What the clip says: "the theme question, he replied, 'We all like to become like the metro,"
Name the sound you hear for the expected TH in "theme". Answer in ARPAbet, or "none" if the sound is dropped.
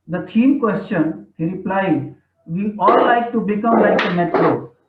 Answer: T